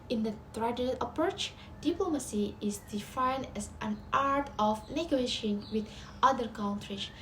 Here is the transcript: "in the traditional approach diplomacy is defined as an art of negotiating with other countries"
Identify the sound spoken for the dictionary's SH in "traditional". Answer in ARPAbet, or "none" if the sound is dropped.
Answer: none